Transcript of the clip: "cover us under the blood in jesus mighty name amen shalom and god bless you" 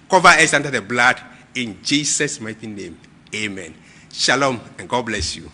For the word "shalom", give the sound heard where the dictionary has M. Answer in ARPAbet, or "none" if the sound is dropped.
M